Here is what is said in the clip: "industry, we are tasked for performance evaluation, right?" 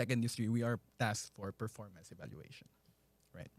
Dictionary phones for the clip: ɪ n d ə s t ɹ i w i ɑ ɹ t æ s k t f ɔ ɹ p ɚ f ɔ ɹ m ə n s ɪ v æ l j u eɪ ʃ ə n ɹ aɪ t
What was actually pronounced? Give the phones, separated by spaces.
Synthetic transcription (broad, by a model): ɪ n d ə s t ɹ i w i ɑ ɹ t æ s t f ɔ ɹ p ɚ f ɔ ɹ m ə n s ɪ v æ l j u eɪ ʃ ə n ɹ aɪ t